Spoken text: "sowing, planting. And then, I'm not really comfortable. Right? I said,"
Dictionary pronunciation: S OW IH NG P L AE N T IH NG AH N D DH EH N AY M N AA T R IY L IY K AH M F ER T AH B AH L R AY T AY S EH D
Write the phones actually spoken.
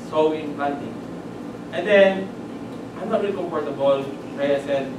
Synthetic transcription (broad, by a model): S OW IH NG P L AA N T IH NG AH N D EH N AY M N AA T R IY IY K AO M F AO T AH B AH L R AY AY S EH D